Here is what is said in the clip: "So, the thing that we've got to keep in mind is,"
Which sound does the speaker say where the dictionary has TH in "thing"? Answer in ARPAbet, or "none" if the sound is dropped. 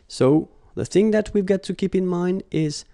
TH